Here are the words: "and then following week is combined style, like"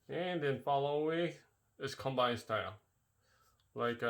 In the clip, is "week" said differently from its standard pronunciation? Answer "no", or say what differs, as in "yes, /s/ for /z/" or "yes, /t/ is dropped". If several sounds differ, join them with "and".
yes, /k/ is dropped